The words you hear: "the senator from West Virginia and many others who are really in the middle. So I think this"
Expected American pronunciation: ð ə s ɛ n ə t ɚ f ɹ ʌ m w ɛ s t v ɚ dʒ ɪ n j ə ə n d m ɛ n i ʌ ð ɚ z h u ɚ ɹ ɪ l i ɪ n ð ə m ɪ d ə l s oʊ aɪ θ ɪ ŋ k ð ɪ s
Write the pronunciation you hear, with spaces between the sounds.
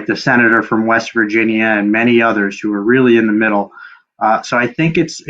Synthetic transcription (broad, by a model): ð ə s ɛ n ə t ɚ f ɹ ʌ m w ɛ s t v ɚ dʒ ɪ n j ə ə n m ɛ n i ʌ ð ɚ z h u ɚ ɹ ɪ l i ɪ n ð ə m ɪ d l s oʊ aɪ θ ɪ ŋ k ɪ s